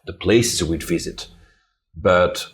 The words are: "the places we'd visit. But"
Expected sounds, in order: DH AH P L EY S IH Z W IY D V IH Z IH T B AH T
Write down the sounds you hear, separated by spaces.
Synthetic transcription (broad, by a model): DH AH P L EY S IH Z W IY D V IH Z IH T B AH T